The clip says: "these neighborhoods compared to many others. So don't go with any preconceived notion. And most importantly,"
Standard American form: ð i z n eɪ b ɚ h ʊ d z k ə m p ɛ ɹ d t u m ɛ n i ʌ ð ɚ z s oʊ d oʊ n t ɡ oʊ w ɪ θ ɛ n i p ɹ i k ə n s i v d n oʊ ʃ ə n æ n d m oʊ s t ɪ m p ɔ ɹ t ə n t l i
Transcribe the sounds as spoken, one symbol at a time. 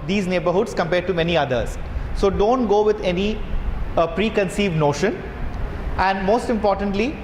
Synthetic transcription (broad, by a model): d i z n eɪ b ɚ h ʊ d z k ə m p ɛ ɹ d t u m ɛ n i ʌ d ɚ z s oʊ d oʊ n t ɡ oʊ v ɪ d ɛ n i p ɹ i k ə n s i v d n oʊ ʃ ə n æ n d m oʊ s t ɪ m p ɔ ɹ t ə n t l i